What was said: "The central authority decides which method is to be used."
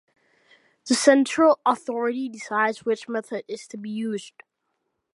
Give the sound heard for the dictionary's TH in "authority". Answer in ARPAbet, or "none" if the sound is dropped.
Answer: TH